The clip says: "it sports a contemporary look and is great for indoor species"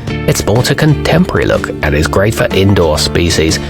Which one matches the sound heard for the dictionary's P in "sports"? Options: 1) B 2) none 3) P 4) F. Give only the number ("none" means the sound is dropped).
1